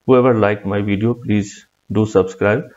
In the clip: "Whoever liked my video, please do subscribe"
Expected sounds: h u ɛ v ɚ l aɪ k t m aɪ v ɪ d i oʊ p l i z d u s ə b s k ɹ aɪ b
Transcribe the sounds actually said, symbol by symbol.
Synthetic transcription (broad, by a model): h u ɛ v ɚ l aɪ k m aɪ v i d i oʊ p l i z d u s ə b s k ɹ aɪ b